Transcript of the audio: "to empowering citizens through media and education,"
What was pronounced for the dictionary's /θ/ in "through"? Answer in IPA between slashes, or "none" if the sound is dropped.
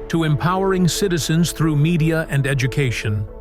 /θ/